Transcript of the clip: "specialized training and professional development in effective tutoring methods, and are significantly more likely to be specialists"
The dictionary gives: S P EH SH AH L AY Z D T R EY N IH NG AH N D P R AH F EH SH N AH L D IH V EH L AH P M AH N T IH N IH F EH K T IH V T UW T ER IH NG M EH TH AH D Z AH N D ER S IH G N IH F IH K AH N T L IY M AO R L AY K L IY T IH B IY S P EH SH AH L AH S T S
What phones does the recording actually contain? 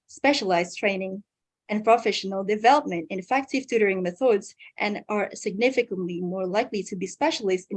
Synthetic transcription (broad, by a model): S P EH SH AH L AY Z T R EY N IH NG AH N P R AH F EH SH N AH L D IH V EH L AH P M AH N T IH N F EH K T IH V T UW T ER IH NG M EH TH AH D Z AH N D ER S IH G N IH F IH K AH N T L IY M AO R L AY K L IY T IH B IY S P EH SH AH L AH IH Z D